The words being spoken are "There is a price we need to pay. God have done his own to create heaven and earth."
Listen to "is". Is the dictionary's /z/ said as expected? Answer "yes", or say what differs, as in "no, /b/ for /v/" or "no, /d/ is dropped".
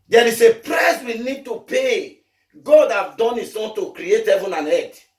no, /s/ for /z/